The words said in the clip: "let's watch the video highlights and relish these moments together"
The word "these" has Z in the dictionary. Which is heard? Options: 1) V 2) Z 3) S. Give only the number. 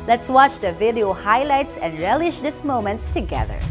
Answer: 3